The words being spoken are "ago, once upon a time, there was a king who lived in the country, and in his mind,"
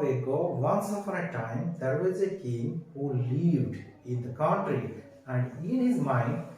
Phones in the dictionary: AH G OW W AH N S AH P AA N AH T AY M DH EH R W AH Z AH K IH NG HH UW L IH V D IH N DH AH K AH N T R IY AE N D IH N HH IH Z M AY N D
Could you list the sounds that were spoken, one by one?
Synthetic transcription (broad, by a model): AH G OW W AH N S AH F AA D AH T AY M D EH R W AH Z AH K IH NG HH UW L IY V D IH N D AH K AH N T R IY AE N D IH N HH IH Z M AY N